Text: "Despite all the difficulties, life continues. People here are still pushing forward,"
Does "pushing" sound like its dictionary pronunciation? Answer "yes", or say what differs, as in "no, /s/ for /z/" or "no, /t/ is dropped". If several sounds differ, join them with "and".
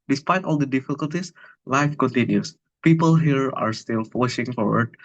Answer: no, /f/ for /p/